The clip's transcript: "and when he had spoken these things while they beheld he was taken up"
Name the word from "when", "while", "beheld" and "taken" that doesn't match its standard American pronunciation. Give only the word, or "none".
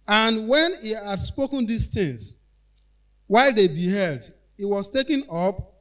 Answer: none